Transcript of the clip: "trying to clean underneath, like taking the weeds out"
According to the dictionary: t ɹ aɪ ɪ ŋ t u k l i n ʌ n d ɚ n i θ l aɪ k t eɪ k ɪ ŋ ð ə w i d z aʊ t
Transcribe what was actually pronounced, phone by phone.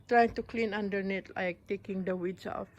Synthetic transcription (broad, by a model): t ɹ aɪ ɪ ŋ t u k l i n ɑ n d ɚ n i t l aɪ k t eɪ k ɪ ŋ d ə w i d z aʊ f